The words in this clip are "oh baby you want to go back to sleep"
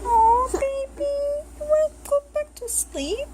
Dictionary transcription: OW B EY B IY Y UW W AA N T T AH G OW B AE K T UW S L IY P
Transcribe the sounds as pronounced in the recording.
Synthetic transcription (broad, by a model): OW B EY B IY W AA T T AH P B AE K T UW S L IY P